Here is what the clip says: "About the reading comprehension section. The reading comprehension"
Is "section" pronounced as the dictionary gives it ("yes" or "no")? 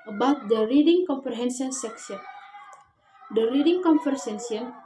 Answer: no